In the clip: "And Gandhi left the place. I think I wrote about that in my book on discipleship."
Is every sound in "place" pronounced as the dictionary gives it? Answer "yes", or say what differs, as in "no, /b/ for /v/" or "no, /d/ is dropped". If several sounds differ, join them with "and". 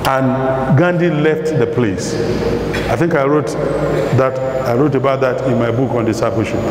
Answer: yes